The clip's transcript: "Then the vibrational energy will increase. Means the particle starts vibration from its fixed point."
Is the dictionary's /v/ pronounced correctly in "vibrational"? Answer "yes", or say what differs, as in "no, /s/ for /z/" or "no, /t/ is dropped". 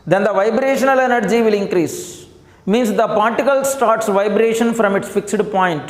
yes